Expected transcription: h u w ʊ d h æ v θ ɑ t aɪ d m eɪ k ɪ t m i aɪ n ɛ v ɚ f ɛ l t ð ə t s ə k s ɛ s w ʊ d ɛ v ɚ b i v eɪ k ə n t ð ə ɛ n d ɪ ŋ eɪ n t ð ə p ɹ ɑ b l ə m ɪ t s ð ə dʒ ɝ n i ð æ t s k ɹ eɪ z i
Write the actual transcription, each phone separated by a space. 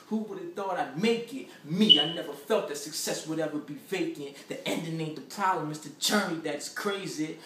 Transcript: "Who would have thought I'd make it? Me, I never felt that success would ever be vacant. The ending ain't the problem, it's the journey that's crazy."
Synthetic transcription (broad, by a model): h u w ʊ d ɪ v θ ɑ t aɪ m eɪ k ɪ t m i aɪ n ɛ v ɚ f ɛ l t ð ə t s ə k s ɛ s w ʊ d ɛ v ɚ b i v eɪ k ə n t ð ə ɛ n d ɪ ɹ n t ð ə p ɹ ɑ l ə m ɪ s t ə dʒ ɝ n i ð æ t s k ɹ eɪ z i